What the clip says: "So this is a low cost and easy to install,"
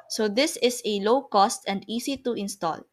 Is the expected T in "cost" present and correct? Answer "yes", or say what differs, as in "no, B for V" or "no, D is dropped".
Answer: yes